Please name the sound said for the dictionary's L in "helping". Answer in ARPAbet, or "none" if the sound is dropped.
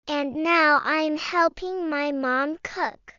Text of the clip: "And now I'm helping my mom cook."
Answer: L